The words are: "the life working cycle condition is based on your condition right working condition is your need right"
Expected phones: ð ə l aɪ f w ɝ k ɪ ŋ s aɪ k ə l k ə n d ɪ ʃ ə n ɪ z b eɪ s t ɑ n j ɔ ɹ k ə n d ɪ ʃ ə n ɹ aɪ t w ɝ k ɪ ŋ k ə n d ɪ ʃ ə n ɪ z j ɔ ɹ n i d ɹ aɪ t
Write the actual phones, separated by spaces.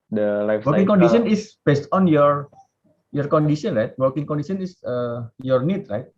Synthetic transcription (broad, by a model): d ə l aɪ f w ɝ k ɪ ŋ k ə n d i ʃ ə n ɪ s b eɪ s t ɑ n j ɔ ɹ k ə n d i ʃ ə n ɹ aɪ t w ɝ k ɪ ŋ k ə n d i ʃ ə n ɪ s j ɔ ɹ n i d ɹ aɪ t